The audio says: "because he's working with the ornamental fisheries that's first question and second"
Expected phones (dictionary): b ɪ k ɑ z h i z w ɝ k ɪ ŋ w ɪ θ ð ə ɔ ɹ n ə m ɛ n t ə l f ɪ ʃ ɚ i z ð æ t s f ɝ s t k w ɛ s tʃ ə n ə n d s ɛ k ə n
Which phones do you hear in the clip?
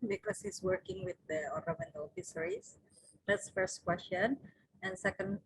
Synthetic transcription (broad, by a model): b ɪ k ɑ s h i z w ɝ k ɪ ŋ w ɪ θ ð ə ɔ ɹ ə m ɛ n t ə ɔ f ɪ s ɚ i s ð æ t s f ɝ s t k w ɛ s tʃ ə n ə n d s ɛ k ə n